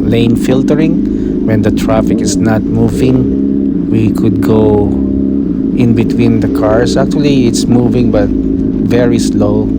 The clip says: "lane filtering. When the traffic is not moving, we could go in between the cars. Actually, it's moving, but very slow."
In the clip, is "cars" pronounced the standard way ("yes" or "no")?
no